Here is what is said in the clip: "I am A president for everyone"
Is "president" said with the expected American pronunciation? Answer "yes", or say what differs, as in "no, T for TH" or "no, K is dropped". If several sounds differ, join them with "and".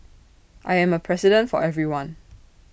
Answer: no, S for Z